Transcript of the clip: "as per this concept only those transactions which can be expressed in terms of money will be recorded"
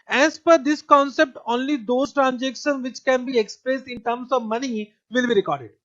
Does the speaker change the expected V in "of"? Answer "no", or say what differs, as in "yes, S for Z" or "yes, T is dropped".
no